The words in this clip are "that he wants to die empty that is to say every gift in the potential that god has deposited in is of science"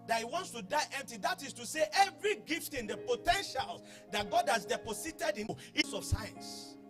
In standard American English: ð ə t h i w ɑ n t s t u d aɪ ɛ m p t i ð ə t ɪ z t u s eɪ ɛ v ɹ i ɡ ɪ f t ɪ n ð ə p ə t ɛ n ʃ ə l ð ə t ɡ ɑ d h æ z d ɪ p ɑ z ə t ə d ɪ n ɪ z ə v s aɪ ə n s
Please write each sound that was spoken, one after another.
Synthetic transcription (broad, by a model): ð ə t h i w ɑ n t s t u d aɪ ɛ m p t i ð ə t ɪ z t u s eɪ ɛ v ɹ i ɡ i f t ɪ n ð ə p ə t ɛ n ʃ ə l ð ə t ɡ ɑ d h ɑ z d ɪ p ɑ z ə t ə d ɪ n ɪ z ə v s aɪ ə n s